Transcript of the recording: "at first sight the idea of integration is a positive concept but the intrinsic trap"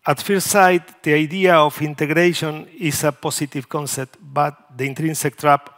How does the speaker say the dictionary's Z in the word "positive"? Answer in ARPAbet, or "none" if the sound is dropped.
S